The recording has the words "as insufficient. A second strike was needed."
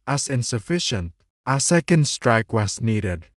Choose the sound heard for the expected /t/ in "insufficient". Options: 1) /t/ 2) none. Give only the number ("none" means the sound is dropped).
1